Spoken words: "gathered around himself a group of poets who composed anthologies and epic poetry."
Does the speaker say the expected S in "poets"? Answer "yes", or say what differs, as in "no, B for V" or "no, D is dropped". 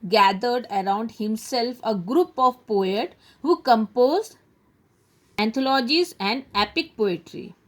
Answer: no, S is dropped